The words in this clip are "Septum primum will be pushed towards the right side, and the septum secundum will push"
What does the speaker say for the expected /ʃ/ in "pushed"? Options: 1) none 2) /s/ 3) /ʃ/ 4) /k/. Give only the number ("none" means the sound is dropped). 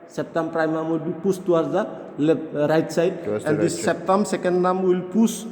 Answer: 2